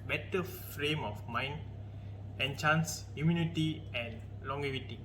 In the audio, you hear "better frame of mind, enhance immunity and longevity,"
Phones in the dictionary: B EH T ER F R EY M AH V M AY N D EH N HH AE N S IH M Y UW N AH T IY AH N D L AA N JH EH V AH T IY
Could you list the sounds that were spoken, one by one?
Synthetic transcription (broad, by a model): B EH T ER F R EY M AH F M AY N D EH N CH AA N S IH M Y UW N AH T IY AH N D L AA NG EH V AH T IY